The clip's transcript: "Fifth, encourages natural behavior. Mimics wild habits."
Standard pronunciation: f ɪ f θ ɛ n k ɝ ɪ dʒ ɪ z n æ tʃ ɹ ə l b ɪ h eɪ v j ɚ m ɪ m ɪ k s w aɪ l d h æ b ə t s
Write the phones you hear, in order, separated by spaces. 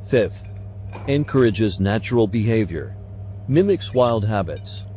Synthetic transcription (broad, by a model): f ɪ f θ ɛ n k ɝ ɪ dʒ ɪ z n æ tʃ ɹ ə l b ɪ h eɪ v j ɚ m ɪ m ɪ k s w aɪ l d h æ b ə t s